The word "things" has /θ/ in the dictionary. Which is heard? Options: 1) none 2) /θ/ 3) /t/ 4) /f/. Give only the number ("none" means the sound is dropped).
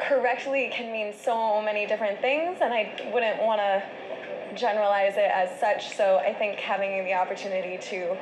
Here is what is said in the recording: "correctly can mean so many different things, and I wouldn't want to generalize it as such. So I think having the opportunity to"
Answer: 2